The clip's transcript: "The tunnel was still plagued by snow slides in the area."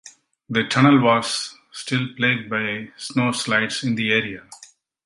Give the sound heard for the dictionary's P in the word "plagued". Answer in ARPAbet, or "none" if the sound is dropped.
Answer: P